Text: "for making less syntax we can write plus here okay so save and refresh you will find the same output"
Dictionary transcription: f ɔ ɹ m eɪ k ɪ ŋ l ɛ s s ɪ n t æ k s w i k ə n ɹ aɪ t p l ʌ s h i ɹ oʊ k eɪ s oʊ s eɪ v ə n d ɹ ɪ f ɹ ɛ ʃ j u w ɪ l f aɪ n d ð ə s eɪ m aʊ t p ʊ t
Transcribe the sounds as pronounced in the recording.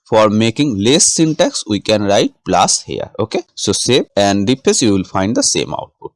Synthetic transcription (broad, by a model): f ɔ ɹ m eɪ k ɪ ŋ l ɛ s s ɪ n t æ k s w i k ə n ɹ aɪ t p l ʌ s h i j oʊ k eɪ s oʊ s eɪ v ə n d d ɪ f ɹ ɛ s j u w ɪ l f aɪ n d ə s eɪ m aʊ t p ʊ t